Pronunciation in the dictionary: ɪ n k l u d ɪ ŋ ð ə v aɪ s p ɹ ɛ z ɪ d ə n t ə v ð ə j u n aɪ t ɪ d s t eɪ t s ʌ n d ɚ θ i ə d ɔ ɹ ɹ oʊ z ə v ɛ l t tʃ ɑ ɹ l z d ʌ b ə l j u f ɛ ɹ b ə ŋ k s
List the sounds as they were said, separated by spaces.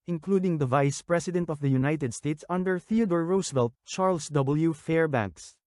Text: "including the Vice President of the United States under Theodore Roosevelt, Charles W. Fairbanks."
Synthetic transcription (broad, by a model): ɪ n k l u d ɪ ŋ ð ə v aɪ s p ɹ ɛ s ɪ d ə n t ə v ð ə j u n aɪ t ɪ d s t eɪ t s ʌ n d ɚ θ i ə d ɔ ɹ ɹ oʊ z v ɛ l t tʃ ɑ ɹ l s d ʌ b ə l j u f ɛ ɹ b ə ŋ k s